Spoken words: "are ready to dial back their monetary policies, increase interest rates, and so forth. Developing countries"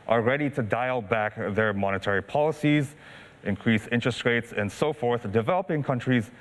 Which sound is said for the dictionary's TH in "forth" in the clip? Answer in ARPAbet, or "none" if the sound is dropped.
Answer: TH